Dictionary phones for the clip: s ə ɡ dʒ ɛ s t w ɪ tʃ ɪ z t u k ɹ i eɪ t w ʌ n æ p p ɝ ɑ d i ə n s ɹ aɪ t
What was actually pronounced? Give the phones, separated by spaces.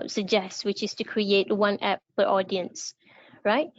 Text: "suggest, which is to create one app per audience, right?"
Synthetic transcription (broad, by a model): s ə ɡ dʒ ɛ s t w ɪ tʃ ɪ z t u k ɹ i eɪ t w ʌ n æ p f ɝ ɑ d i ə n s ɹ aɪ t